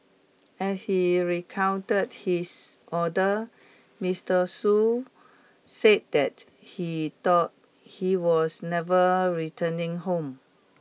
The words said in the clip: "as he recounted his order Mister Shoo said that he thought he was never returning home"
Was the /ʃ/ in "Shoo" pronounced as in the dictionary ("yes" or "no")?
no